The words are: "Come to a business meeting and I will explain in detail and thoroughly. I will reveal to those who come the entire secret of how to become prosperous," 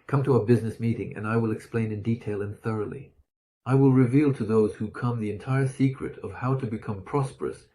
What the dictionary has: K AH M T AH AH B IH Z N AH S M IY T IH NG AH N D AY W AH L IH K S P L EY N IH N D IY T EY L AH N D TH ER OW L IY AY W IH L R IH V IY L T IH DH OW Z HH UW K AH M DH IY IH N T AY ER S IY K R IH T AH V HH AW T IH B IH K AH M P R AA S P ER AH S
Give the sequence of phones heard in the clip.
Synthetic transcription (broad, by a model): K AH M T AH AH B IH Z N AH S M IY T IH NG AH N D AY W AH L IH K S P L EY N IH N D IY T EY L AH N TH ER OW L IY AY W IH L R IH V IY L T IH DH OW Z HH UW K AH M DH IY IH N T AY ER S IY K R IH T AH V HH AW T IH B IH K AH M P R AA S P ER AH S